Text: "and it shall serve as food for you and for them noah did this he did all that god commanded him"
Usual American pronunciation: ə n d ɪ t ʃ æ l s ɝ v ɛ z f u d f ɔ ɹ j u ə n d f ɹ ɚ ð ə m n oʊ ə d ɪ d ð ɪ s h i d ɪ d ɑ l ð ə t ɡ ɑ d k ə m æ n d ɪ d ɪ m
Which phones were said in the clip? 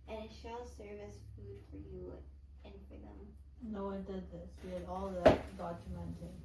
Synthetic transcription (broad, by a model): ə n ɪ t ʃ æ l s ɝ v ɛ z f u d f ɔ ɹ j u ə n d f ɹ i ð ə m n oʊ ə d ɪ d ð ɪ s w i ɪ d ɑ l ð ə t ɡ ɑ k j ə m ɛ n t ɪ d